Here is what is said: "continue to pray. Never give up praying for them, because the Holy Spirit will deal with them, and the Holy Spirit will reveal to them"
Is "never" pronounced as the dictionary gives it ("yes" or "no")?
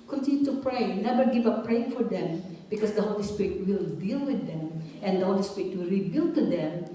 no